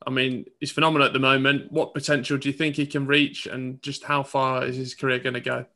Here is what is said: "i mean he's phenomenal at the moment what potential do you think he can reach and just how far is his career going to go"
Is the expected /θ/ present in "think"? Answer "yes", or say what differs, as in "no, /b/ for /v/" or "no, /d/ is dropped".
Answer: yes